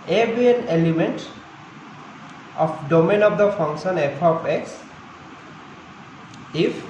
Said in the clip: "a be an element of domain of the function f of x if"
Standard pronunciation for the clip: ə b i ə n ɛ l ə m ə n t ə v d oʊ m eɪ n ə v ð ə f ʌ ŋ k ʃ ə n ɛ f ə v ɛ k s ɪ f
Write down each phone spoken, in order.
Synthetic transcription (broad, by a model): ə b i ə n ɛ l ə m ə n t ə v d oʊ m eɪ n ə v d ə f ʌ ŋ k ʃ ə n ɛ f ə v ɛ k s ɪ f